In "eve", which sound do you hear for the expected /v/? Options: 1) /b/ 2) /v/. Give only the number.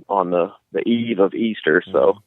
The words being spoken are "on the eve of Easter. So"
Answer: 2